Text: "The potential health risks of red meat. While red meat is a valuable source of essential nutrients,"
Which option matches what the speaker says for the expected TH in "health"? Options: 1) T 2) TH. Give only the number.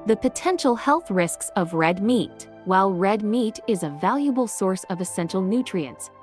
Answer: 2